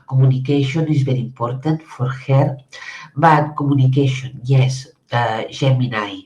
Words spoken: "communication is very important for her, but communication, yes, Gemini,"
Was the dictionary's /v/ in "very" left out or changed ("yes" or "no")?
yes